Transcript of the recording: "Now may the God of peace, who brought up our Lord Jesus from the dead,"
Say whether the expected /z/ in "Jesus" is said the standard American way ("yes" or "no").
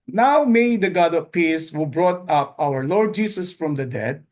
no